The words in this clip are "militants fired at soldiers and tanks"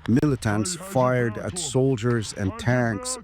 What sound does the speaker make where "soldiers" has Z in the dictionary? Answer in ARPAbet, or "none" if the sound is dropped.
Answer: Z